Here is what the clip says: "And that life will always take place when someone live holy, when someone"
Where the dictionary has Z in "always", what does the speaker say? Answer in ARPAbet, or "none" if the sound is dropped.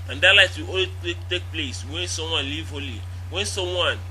none